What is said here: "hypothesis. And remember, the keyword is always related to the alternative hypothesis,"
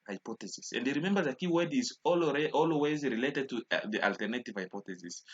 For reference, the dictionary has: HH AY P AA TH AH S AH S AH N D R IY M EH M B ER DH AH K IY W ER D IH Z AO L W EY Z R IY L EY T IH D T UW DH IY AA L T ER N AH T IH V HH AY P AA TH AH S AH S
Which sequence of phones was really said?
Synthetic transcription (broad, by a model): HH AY P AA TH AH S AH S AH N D R IY M EH M B ER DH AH K IY W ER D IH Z AO L W EY Z R IY L EY T IH D T UW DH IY AA L T ER N AH T IH V HH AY P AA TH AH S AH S